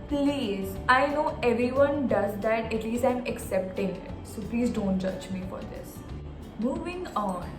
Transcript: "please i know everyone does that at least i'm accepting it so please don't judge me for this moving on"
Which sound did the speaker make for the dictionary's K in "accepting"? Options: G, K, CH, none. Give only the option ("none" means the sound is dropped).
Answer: K